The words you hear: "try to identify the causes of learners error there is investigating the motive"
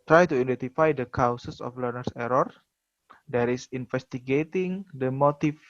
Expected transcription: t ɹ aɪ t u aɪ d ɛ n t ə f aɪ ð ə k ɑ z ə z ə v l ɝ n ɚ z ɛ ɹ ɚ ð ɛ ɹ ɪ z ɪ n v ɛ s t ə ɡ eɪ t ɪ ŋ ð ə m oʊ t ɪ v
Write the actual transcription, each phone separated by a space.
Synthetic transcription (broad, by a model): t ɹ aɪ t u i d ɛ n t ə f aɪ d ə k ɑ s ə s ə f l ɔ n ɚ s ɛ ɹ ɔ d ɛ ɹ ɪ s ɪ n f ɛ s t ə ɡ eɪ t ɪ ŋ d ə m oʊ t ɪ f